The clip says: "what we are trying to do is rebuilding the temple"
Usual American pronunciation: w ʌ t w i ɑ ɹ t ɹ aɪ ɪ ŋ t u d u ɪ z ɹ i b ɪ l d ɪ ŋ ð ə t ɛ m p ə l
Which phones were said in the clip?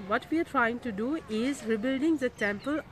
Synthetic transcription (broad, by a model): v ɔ t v i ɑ ɹ t ɹ aɪ ɪ ŋ t u d u ɪ z ɹ i b ɪ l d ɪ ŋ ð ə t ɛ m p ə l